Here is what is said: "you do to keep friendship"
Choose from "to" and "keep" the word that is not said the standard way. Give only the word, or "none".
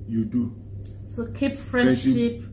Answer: to